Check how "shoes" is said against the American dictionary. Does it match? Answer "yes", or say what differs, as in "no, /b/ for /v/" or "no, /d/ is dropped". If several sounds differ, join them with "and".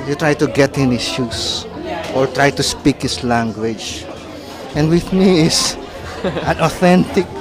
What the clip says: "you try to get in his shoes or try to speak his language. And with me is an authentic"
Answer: no, /s/ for /z/